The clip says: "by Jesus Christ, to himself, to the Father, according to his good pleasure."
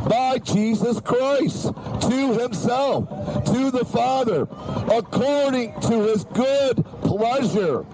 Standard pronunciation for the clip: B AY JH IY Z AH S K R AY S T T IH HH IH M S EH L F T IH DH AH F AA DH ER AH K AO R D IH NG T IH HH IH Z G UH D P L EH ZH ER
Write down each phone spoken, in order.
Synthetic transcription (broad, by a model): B AY JH IY Z AH S K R AY S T T IH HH IH M S EH L F T IH DH AH F AA DH ER AH K AO R D IH NG T IH IH Z G UH D P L EH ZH ER